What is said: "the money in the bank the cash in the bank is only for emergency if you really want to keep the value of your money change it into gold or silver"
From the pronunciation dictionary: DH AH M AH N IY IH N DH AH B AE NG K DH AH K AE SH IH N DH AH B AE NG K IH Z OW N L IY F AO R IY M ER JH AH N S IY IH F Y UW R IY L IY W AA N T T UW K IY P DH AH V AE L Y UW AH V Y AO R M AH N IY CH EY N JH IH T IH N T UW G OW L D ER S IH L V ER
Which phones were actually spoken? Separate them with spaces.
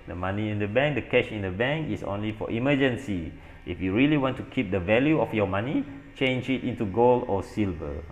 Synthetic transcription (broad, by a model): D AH M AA N IY IH N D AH B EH NG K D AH K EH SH IH N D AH B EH NG K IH S OW N L IY F AO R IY M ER JH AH N S IY IH F Y UW R IY L IY W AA N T T UW K IY P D AH V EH L Y UW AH F Y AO M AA N IY CH EY N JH IH T IH N T UW G OW L AO S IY L V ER